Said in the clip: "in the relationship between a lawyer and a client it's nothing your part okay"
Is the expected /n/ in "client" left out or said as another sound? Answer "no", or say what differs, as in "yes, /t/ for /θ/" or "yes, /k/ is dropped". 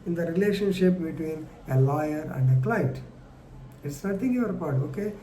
yes, /n/ is dropped